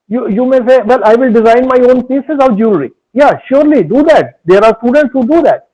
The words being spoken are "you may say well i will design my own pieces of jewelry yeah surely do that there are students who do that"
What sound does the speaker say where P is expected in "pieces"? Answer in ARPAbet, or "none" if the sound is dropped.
P